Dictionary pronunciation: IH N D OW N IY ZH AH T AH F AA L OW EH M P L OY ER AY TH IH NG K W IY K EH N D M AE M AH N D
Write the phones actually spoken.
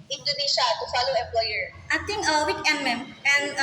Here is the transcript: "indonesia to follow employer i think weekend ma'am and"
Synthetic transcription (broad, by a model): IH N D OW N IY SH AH T AH F AA L OW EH M P L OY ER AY T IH NG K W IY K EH M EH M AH N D